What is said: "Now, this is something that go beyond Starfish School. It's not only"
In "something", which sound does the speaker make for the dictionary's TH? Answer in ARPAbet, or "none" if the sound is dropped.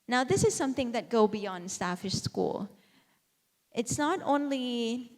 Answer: TH